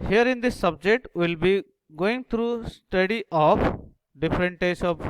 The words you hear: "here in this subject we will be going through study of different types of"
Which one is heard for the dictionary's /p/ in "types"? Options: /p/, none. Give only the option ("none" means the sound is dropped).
none